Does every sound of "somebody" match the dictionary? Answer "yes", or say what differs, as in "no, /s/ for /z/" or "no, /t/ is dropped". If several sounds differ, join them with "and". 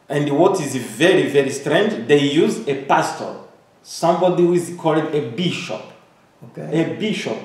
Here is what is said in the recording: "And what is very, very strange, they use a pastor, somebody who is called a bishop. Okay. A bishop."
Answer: yes